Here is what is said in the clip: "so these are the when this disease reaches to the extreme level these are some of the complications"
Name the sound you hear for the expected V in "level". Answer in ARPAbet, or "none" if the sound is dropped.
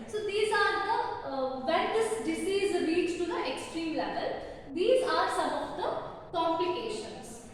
V